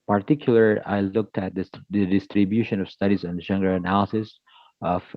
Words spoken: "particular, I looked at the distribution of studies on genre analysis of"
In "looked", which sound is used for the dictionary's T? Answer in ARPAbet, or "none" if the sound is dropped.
T